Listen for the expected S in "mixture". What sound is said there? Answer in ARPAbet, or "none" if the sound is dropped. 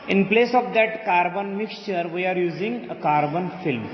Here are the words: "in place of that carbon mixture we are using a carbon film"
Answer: S